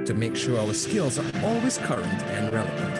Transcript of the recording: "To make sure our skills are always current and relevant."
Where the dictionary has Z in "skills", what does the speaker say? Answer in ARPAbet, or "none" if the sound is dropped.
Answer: Z